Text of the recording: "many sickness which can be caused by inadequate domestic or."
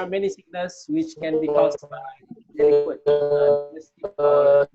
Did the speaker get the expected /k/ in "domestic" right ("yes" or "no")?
no